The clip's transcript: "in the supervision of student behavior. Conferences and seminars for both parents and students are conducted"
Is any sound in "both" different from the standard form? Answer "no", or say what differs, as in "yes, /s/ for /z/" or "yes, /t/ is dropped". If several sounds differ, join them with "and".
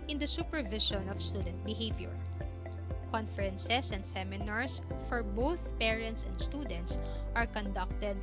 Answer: no